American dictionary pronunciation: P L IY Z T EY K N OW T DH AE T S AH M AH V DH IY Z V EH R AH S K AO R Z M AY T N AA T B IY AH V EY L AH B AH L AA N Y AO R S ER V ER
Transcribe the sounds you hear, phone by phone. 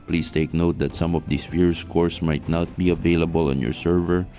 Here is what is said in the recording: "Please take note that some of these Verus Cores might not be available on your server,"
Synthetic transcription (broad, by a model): P L IY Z T EY K N OW T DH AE T S AH M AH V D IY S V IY R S K AO R S M AY T N AA T B IY AH V EY L AH B AH L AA N Y AO R S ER V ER